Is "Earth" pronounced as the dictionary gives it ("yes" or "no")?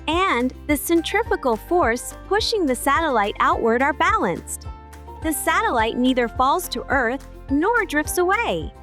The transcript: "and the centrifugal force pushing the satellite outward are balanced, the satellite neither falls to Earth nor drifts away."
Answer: yes